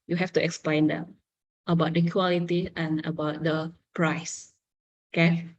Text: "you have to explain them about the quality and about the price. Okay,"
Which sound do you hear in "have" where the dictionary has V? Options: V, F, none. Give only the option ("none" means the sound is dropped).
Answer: F